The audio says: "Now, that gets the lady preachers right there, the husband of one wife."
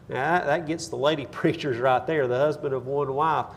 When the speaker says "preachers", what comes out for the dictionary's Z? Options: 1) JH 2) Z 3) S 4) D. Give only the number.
2